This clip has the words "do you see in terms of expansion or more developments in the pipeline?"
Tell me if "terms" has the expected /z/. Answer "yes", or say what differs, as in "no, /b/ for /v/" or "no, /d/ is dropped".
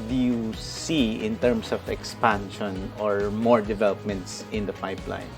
no, /s/ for /z/